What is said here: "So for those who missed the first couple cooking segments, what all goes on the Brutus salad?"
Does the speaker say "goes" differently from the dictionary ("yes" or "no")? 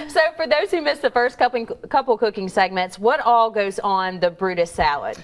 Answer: no